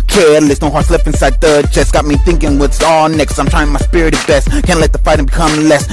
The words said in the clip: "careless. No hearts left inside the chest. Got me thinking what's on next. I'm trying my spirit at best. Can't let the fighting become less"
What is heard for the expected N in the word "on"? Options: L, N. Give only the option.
L